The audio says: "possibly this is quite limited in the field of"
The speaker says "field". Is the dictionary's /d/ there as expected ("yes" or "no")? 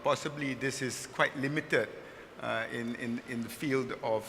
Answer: yes